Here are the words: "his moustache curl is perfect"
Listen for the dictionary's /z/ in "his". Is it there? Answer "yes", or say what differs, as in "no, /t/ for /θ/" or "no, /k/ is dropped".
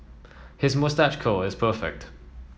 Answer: yes